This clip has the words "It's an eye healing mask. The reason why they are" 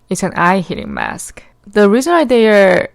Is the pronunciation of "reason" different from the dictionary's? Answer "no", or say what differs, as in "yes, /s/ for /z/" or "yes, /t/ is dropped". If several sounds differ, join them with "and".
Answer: no